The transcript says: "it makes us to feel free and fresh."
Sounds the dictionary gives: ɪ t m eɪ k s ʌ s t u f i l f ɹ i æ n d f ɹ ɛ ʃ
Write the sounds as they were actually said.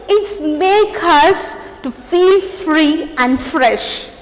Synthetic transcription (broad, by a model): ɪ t m eɪ k ʌ s t u f i l f ɹ i æ n d f ɹ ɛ ʃ